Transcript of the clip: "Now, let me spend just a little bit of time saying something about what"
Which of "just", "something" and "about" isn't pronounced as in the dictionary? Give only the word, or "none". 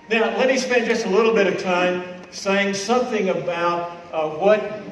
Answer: none